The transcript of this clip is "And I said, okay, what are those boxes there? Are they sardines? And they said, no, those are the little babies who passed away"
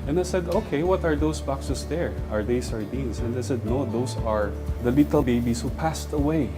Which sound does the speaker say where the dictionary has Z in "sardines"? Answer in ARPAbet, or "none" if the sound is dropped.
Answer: S